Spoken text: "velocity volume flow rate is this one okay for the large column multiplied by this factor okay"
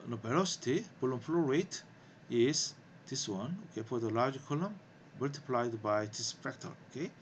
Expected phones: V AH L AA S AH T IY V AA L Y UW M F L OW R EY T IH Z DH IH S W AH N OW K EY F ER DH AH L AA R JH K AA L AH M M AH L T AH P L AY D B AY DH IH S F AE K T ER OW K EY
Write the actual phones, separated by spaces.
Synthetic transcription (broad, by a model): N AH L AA S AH T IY P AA L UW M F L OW R EY T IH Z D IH S W AH N OW K EY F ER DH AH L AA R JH K AA L AH M M AH L T AH P L AY D B AY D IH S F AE K T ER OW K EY